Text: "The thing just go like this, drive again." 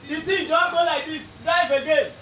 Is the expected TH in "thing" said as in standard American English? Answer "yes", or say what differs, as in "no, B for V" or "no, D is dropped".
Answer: no, T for TH